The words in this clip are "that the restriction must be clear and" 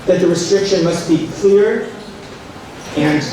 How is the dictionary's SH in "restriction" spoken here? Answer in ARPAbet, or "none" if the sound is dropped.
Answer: SH